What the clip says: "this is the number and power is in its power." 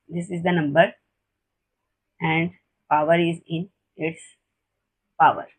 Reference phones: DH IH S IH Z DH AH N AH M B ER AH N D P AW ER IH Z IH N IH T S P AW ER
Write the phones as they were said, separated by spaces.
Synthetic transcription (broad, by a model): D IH S IH Z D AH N AH M B ER AH N D P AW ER IH Z IH N IH T S P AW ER